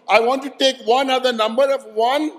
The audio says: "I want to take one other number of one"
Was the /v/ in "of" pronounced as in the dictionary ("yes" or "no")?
yes